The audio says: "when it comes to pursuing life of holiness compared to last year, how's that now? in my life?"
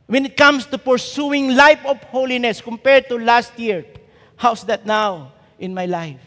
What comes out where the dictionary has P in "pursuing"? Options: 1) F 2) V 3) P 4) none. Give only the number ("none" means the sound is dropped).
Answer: 3